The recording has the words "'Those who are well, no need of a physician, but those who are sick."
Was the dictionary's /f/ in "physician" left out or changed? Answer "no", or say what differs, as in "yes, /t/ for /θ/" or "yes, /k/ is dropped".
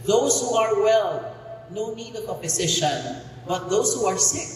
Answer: yes, /p/ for /f/